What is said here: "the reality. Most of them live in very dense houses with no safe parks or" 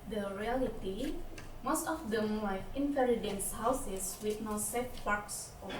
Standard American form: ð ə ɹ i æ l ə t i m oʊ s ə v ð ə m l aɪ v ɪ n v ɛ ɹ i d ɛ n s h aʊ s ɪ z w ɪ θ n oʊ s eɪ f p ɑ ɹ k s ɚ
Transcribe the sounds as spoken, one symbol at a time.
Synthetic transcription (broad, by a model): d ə ɹ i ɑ l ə t i m oʊ s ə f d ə m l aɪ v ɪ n f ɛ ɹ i d ɛ n s h aʊ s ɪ s w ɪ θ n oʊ s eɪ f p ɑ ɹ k s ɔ